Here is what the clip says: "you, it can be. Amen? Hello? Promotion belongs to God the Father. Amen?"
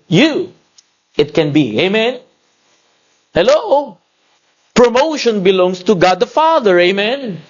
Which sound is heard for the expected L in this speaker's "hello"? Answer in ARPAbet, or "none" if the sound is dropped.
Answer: L